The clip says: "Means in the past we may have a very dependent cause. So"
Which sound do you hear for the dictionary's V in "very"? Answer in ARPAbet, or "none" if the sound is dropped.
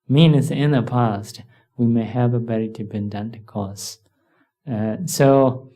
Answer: B